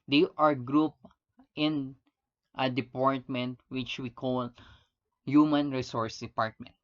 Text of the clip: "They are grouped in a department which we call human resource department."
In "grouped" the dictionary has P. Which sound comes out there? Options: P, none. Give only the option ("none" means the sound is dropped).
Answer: P